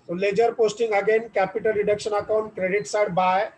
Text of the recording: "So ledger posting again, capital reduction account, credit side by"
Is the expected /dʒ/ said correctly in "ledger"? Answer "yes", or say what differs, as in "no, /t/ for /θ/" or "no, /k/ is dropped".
yes